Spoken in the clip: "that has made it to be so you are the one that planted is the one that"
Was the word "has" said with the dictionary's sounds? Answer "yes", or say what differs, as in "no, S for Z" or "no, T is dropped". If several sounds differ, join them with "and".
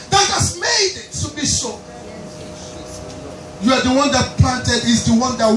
no, S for Z